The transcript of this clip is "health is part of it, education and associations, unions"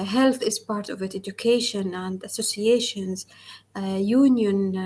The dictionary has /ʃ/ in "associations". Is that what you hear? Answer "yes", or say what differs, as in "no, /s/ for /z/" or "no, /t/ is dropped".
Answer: yes